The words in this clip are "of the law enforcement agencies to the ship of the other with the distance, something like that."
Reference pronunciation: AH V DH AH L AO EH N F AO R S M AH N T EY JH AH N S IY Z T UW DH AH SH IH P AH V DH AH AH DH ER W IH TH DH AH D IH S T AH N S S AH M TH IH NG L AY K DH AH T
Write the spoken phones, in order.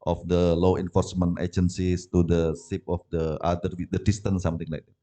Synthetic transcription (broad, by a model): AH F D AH L AO EH N F AO R S M AH N T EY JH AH N S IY S T UW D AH S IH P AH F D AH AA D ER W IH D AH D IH S T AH N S S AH M T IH NG L AY K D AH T